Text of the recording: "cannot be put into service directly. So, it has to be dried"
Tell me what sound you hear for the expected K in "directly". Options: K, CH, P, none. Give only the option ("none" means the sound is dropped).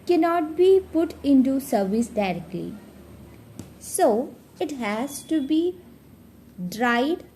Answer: K